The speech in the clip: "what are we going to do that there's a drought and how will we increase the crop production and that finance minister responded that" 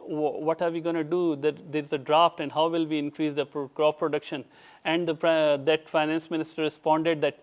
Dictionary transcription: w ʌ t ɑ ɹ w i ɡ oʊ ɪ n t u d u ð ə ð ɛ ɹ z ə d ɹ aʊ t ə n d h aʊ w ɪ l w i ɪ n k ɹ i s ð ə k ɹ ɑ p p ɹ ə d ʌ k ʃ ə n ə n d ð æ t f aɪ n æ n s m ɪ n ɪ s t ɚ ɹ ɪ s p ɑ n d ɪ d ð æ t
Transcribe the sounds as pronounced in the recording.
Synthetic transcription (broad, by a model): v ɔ t ɑ ɹ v i ɡ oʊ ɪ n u d u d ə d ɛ ɹ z ə d ɹ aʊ t ə n d h aʊ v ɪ l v i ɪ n k ɹ i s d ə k ɹ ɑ f p ɹ ə d ʌ k ʃ ə n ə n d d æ t f aɪ n æ n s m ɪ n ɪ s t ɚ ɹ ɪ s p ɑ n d ɪ d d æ t